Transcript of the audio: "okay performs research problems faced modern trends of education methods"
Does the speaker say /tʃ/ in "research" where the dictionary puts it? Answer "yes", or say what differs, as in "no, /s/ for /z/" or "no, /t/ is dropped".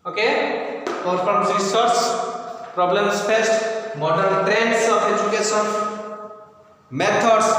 no, /s/ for /tʃ/